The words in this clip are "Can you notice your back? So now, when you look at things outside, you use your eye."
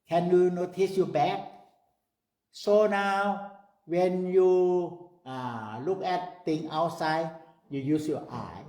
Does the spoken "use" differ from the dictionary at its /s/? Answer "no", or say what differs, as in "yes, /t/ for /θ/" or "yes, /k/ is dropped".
no